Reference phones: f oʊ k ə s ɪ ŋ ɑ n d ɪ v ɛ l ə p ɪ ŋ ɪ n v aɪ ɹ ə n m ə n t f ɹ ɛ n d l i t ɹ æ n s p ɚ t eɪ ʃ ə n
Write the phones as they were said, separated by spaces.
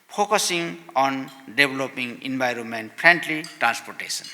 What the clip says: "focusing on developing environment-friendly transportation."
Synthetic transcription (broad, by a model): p oʊ k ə s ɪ ŋ ɑ n d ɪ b l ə p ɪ ŋ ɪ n b aɪ ɹ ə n m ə n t p ɹ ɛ n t l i t ɹ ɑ n s p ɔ t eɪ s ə n